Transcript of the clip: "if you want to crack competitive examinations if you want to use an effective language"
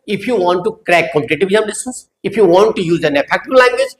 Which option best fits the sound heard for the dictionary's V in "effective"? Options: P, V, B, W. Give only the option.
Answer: B